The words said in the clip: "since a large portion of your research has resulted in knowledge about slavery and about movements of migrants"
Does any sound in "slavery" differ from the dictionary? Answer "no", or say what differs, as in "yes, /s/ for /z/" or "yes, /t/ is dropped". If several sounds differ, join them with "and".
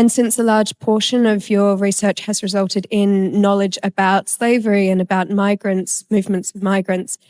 no